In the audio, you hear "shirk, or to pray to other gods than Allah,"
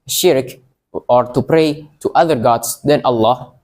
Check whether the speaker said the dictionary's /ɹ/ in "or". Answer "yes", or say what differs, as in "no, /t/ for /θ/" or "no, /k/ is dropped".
yes